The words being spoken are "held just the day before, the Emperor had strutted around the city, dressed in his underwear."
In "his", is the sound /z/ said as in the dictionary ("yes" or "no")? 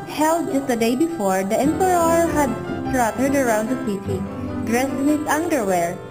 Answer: no